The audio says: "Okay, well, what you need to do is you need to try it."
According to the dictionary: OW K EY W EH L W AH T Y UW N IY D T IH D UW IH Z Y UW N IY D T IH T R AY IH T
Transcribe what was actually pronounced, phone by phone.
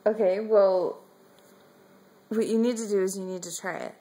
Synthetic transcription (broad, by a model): OW K EY W EH L W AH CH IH N IY D T IH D IH Z Y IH N IY D T IH T R AY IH T